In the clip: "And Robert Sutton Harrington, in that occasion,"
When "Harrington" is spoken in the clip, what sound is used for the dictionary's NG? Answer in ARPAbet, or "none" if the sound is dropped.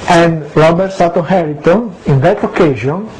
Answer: none